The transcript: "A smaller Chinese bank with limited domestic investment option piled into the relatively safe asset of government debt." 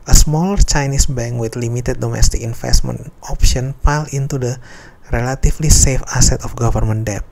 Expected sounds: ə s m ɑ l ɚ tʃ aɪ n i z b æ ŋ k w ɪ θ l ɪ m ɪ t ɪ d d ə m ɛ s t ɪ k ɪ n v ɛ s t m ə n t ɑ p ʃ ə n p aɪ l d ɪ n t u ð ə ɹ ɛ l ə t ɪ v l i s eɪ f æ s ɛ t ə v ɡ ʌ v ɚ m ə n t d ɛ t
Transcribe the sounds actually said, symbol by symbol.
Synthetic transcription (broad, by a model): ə s m ɑ l ɚ tʃ aɪ n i s b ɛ ŋ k w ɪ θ l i m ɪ t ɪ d d ə m ɛ s t ɪ k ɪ n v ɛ s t m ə n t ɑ p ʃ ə n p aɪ l ɪ n t u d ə ɹ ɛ l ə t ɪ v l i s eɪ f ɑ s ɛ t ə f ɡ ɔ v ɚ m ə n d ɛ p